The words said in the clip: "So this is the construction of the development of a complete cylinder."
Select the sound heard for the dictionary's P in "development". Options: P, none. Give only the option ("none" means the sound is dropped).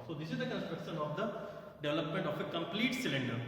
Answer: P